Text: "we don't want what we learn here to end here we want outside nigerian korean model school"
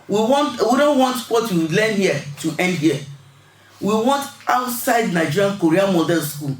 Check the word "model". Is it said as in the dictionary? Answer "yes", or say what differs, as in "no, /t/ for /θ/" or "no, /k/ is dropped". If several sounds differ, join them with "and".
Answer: no, /n/ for /l/